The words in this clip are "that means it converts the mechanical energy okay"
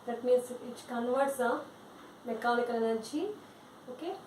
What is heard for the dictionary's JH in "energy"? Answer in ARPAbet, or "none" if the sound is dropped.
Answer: CH